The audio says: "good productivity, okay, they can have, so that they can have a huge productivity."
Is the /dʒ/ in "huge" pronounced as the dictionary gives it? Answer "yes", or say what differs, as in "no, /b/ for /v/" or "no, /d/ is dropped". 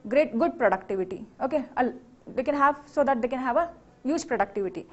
yes